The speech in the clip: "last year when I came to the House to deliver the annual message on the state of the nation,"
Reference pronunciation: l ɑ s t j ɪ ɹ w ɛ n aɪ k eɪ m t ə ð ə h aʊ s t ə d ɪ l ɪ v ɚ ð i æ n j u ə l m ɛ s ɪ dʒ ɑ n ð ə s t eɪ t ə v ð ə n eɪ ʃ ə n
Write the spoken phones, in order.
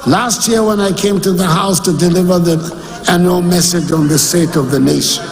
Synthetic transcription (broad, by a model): l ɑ s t j ɪ ɹ w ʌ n aɪ k eɪ m t ə ð ə h aʊ s t ə d ɪ l ɪ v ɚ ð i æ n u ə m ɛ s ɪ dʒ n ð ə s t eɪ t ə v ð ə n eɪ ʃ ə n